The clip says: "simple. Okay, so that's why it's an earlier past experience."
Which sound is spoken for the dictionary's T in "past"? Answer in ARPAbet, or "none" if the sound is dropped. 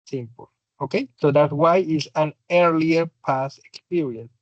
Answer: none